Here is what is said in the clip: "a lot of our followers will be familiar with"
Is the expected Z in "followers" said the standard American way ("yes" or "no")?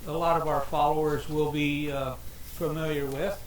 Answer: yes